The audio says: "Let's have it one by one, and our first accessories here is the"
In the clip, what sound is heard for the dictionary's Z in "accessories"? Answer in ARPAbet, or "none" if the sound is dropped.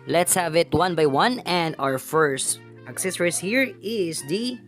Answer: S